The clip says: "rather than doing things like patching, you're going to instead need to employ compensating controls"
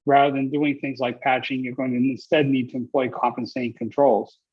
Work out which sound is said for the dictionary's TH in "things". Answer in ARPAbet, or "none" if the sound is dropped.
TH